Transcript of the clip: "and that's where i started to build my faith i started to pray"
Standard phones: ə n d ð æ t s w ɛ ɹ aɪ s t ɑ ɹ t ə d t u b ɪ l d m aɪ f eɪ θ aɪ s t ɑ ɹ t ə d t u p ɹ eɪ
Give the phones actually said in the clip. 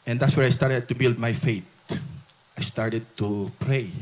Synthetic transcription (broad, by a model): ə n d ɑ t s w ɛ ɹ aɪ s t ɑ ɹ t ə d t u b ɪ l d m aɪ f eɪ t aɪ s t ɑ ɹ t ə d t u p ɹ eɪ